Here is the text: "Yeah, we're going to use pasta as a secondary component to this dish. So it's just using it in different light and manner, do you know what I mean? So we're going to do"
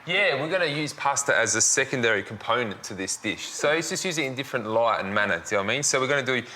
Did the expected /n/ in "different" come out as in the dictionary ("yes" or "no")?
yes